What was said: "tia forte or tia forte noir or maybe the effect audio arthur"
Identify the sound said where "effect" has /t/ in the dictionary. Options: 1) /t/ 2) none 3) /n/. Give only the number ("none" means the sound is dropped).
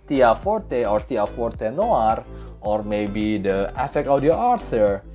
2